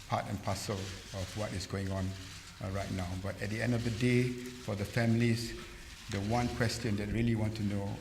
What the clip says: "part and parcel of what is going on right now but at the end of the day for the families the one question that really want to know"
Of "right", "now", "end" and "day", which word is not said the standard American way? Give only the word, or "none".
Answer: none